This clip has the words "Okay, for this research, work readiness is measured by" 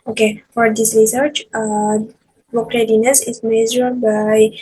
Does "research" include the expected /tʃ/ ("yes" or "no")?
yes